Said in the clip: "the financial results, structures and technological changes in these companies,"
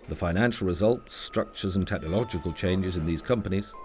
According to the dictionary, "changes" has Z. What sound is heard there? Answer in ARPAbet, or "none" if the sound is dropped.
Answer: Z